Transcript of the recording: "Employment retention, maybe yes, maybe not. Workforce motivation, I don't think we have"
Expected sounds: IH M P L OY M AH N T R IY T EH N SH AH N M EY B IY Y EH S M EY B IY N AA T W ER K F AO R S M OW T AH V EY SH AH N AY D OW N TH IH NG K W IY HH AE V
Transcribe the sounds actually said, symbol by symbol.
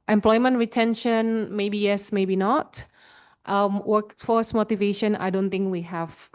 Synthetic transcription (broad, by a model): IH M P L OY M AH N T R IY T EH N SH AH N M EY B IY Y EH S M EY B IY N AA T W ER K F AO S M OW T AH V EY SH AH N AY D OW N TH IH NG K W IY HH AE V